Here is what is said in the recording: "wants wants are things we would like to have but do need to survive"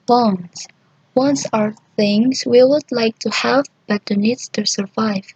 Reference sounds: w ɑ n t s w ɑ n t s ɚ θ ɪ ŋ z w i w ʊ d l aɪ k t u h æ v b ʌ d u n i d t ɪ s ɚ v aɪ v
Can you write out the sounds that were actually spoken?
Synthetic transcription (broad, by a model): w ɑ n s w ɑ n s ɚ θ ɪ ŋ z w i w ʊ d l aɪ k t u h æ v b ʌ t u n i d t ɪ s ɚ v aɪ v